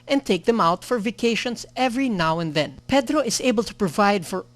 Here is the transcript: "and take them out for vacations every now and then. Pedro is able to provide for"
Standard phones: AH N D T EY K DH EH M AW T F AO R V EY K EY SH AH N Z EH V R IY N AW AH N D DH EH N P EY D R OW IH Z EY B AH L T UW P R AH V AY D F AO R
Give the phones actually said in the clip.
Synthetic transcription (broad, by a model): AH N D T EY K DH EH M AW T F AO R V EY K EY SH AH N S EH V R IY N AW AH N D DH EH N P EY D R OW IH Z EY B AH L T UW P R AH V AY D F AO R